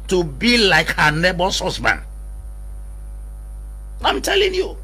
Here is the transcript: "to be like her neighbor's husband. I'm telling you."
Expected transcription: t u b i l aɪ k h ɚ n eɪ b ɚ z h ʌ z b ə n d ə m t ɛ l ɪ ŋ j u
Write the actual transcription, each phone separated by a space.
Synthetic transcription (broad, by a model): t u b i l aɪ k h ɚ n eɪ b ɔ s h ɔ s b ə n ə m t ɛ l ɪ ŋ j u